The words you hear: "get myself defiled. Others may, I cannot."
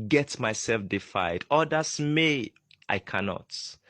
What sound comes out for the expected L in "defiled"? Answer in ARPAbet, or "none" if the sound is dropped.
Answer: none